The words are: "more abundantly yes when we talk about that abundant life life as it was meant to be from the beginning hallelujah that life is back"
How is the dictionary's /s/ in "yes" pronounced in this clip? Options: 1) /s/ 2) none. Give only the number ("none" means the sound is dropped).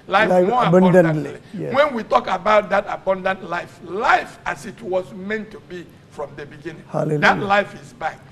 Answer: 2